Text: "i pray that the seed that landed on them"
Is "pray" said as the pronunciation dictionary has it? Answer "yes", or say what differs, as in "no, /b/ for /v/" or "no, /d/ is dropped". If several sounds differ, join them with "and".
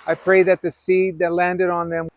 yes